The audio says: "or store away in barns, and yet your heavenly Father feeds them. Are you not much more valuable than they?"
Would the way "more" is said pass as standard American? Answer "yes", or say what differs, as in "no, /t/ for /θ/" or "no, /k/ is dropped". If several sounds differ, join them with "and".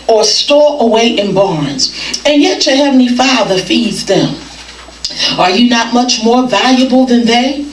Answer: yes